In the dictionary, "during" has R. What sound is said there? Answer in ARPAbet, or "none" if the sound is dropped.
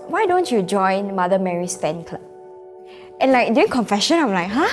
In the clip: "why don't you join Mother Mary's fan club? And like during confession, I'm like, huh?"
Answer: none